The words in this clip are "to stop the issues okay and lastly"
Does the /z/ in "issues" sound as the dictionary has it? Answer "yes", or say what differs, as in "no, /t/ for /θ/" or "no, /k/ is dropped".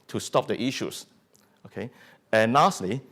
no, /s/ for /z/